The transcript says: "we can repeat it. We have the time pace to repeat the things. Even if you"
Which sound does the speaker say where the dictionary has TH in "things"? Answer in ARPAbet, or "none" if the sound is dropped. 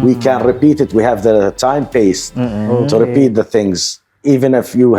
TH